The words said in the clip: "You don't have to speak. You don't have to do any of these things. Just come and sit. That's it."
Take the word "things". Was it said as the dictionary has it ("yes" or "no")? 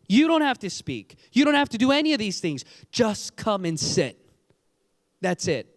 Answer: yes